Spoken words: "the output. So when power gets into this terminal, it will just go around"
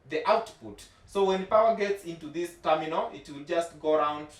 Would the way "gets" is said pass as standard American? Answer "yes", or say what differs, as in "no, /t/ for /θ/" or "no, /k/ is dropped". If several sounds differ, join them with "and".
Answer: yes